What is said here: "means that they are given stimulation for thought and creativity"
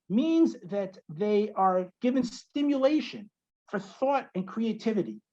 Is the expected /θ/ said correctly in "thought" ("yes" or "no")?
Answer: yes